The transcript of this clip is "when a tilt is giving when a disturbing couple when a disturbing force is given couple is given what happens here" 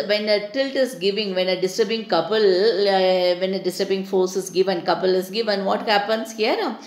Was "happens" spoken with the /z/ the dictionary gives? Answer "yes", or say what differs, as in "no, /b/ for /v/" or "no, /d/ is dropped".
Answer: no, /s/ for /z/